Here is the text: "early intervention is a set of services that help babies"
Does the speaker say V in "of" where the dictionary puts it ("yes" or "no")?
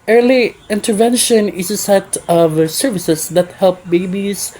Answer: yes